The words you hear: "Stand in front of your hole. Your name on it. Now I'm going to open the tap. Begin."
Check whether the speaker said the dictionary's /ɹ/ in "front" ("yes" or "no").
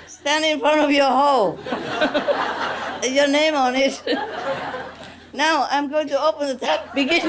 yes